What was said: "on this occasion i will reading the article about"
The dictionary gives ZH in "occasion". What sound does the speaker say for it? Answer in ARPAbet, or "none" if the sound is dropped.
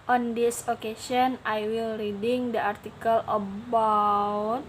S